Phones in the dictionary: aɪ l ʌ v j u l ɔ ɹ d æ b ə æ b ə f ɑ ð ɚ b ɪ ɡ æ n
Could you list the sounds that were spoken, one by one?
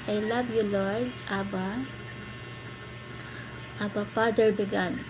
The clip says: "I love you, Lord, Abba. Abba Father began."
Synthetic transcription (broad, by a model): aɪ l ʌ b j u l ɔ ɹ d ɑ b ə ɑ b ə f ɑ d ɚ b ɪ ɡ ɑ n